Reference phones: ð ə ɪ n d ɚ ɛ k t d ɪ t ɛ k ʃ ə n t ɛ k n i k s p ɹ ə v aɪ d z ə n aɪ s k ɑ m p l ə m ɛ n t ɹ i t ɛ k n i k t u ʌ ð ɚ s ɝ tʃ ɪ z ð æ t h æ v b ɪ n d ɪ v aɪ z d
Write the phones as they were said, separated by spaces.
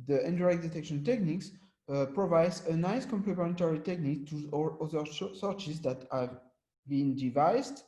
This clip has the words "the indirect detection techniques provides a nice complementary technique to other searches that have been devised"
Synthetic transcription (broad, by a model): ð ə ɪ n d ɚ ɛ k d ɪ t ɛ k ʃ ə n t ɛ k n i k s p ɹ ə v aɪ d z ə n aɪ s k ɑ m p l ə m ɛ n t ɹ i t ɛ k n i k t u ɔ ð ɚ s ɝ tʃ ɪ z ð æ t h æ v b ɪ n d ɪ v aɪ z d